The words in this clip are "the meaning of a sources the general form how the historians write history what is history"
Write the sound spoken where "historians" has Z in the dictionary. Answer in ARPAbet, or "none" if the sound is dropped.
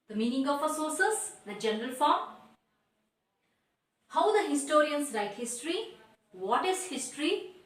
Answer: S